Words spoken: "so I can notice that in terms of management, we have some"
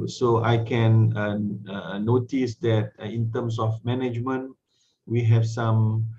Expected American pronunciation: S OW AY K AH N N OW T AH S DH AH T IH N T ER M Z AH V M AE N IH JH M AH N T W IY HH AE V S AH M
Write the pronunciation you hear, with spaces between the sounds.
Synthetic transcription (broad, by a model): S OW AY K AH N N OW T AH S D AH T IH N T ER M S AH F M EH N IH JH M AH N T W IY HH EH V S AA M